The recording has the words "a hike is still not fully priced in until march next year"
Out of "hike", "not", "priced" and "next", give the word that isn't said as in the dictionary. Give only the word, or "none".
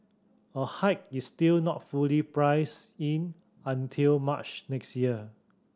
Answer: priced